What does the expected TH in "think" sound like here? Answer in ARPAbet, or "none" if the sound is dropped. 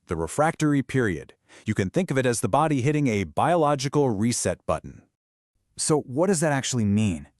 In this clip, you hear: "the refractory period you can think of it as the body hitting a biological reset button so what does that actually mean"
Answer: TH